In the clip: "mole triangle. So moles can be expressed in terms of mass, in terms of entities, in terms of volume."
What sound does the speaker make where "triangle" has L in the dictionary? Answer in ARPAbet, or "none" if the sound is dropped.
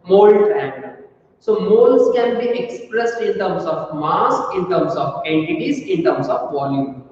N